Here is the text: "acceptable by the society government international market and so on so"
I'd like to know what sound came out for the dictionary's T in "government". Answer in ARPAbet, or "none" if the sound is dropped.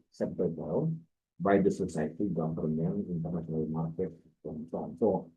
none